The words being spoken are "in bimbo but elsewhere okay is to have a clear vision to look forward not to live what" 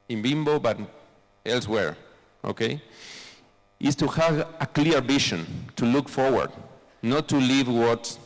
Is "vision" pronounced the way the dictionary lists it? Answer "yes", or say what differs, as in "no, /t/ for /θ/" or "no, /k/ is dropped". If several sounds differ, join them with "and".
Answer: no, /b/ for /v/ and /ʃ/ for /ʒ/